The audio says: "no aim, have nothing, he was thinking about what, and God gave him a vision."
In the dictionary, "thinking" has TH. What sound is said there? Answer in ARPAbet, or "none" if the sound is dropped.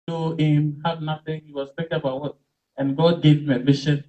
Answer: T